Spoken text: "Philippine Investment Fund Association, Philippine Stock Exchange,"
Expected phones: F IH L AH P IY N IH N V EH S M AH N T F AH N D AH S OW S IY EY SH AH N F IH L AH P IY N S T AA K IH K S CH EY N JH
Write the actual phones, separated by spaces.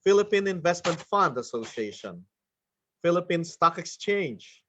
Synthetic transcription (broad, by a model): F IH L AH P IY N IH N V EH S M AH N T F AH N D AH S OW S IY EY SH AH N F IH L AH P IY N S T AA K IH K S CH EY N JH